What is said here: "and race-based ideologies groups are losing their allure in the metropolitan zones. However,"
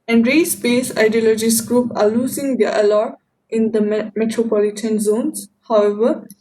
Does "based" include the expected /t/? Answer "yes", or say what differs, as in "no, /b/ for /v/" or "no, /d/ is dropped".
no, /t/ is dropped